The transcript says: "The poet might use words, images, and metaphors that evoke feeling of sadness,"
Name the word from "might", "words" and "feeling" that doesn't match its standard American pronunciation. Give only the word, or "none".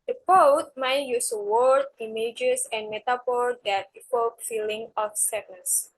words